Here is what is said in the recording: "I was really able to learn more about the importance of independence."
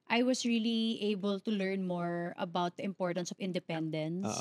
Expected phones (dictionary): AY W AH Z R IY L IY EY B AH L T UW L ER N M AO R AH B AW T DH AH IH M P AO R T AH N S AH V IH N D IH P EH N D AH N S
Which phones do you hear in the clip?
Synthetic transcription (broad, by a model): AY W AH S R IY L IY EY B AH L T UW L ER N M AO R AH B AW T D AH IH M P AO R T AH N S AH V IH N D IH P EH N D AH N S